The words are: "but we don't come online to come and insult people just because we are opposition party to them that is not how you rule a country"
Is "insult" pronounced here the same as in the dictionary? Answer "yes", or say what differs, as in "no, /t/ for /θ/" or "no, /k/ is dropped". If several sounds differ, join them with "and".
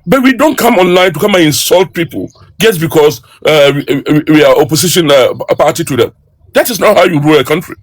yes